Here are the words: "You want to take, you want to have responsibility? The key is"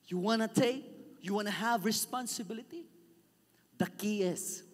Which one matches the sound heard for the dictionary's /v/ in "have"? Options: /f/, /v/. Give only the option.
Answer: /v/